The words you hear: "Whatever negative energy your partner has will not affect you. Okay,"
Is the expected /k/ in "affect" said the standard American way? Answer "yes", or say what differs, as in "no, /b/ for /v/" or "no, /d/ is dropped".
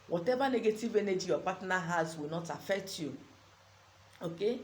yes